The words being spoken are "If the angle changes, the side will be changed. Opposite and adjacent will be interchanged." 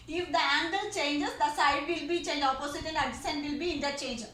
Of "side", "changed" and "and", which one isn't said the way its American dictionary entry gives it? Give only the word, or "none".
changed